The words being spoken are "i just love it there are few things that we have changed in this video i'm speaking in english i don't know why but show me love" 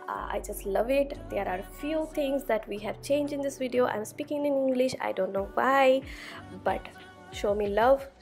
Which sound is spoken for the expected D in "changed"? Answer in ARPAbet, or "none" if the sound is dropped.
none